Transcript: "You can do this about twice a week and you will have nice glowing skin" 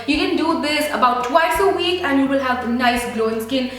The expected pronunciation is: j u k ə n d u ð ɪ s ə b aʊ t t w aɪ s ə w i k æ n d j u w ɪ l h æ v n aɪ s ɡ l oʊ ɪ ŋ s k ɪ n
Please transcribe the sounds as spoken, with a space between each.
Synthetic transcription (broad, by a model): j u k ə n d u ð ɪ s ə b aʊ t t w aɪ s ə w i k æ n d j u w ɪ l h æ v n aɪ s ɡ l oʊ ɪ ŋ s k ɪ n